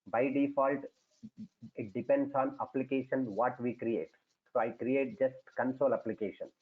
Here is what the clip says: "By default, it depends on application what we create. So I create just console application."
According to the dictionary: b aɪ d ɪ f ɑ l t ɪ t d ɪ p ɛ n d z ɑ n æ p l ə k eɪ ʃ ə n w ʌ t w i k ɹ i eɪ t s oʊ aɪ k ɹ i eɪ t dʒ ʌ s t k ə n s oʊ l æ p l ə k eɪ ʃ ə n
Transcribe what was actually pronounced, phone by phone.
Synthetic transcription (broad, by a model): b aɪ d ɪ f ɑ l t ɪ t d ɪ p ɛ n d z ɑ n æ p l ə k eɪ ʃ ə n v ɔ t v i k ɹ i eɪ t s oʊ aɪ k ɹ i eɪ t dʒ ʌ s t k ə n s oʊ l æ p l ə k eɪ ʃ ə n